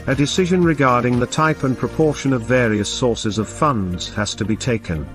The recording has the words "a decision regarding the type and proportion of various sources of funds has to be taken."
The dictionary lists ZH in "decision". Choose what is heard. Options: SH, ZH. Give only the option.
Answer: ZH